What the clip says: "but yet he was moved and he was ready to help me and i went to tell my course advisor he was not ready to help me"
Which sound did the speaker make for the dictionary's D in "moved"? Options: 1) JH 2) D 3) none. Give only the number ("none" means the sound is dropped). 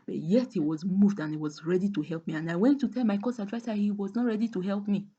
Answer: 2